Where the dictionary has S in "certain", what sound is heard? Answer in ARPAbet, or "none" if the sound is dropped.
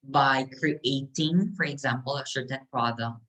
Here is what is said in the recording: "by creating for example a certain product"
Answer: SH